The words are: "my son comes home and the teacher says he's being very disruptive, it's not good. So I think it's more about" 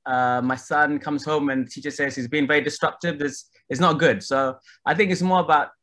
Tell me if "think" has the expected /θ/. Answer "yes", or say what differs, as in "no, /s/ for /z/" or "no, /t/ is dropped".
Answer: yes